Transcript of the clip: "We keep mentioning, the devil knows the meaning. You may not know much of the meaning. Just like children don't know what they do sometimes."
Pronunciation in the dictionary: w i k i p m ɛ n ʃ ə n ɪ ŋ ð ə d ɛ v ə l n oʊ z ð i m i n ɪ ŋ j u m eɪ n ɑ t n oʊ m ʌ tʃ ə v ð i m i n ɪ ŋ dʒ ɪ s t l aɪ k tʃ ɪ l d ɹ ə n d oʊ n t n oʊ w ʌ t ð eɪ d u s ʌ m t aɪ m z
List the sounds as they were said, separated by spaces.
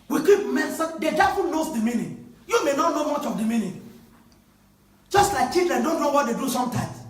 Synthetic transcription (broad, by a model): w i k i p m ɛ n s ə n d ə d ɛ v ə n n oʊ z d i m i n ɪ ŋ j u m eɪ n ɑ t n oʊ m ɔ tʃ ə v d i m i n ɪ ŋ dʒ ɪ s t l aɪ k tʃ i d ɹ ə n d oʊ n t n oʊ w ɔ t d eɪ d u s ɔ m t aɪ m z